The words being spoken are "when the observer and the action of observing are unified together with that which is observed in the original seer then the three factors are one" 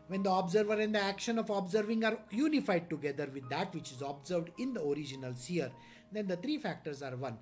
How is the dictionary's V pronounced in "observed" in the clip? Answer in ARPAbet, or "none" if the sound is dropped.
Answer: V